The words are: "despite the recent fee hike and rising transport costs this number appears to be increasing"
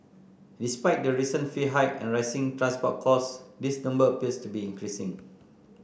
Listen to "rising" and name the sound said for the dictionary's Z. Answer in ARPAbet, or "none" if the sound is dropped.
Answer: S